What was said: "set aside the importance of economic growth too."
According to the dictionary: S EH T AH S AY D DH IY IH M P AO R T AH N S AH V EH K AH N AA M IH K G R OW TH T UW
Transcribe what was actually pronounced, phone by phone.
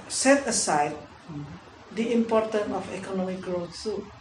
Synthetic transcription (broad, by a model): S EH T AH S AY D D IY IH M P AO R T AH N AH F EH K AH N AA M IH K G R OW T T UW